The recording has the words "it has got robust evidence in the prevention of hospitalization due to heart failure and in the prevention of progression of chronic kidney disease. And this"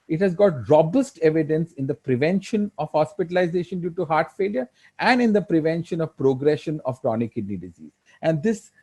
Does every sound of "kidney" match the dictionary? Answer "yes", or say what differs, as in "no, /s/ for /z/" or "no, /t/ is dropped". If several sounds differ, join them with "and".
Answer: yes